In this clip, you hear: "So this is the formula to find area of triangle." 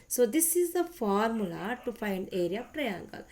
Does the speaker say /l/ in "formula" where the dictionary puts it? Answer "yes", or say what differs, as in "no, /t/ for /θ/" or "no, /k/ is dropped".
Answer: yes